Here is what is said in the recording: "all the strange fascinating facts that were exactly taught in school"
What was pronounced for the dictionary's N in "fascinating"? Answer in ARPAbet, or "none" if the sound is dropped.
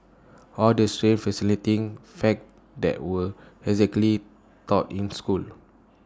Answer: L